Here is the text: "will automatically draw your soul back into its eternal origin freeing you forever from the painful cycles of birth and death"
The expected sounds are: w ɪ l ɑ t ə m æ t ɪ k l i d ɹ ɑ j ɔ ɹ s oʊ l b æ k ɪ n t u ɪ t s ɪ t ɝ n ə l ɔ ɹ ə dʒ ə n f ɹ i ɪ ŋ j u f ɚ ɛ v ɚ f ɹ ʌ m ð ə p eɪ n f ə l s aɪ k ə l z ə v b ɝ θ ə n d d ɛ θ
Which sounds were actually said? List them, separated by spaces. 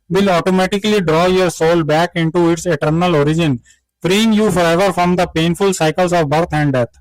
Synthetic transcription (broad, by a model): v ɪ l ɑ t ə m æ t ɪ k l i d ɹ ɑ j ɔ ɹ s oʊ l b æ k ɪ n t u ɪ t s ɪ t ɝ n ə l ɔ ɹ ə dʒ ə n f ɹ i ɪ ŋ j u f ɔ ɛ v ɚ f ɹ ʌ m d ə p eɪ n f ə l s aɪ k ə l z ə v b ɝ t ə n d d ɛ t